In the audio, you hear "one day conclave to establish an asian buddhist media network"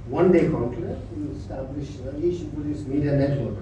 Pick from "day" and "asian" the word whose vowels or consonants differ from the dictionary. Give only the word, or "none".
asian